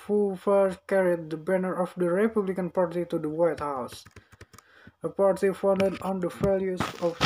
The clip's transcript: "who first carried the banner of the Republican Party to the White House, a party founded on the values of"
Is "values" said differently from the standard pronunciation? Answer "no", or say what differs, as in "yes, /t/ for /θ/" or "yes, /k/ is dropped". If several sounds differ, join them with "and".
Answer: yes, /f/ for /v/